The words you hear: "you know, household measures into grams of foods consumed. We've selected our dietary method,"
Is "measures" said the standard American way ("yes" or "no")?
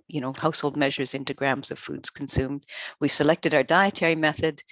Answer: yes